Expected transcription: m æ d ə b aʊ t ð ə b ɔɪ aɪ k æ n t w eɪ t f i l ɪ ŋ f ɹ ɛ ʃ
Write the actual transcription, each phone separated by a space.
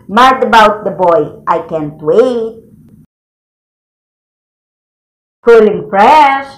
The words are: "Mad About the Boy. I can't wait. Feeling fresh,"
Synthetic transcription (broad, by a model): m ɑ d ə b aʊ t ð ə b ɔɪ aɪ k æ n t w eɪ t p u l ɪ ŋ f ɹ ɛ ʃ